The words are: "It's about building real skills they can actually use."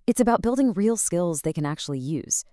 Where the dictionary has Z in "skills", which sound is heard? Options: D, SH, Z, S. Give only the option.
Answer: Z